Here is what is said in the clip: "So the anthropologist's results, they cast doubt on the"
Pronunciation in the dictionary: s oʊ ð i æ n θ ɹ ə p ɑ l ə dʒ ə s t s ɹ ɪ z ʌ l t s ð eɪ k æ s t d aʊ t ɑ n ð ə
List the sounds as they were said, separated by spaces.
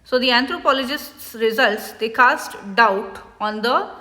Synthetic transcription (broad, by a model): s oʊ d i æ n t ɹ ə p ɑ l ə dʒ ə s t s ɹ ɪ z ʌ l t s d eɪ k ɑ s t d aʊ t ɑ n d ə